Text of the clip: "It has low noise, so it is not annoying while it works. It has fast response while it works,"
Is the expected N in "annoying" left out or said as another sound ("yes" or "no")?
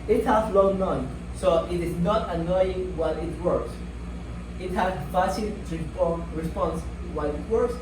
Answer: no